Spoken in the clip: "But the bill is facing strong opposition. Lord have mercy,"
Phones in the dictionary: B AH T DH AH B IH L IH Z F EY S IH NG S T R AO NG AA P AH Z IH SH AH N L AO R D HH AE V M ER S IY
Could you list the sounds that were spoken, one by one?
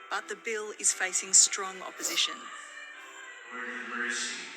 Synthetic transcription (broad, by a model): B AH T DH AH B IH L IH Z F EY S IH NG S T R AO NG AA P AH Z IH SH AH N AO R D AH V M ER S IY